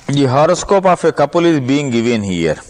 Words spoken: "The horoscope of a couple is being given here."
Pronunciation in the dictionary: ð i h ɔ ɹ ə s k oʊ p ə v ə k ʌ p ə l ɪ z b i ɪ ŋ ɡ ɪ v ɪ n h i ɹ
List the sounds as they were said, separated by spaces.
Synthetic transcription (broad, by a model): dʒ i h ɔ ɹ ə s k oʊ p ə f ə k ʌ p ə l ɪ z b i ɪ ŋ ɡ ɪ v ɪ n h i ɹ